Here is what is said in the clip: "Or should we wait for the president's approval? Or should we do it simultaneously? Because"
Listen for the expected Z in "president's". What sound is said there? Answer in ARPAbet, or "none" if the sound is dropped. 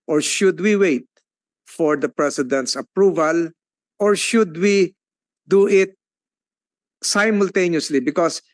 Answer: S